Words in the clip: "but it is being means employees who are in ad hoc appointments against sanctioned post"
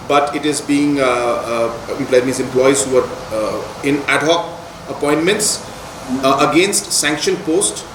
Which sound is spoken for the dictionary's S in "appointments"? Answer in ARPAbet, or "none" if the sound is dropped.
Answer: S